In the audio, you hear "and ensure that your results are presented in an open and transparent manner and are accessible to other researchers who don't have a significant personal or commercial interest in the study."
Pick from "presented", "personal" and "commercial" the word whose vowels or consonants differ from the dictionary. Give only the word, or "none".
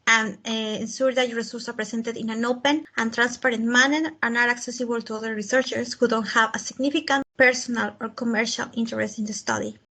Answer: presented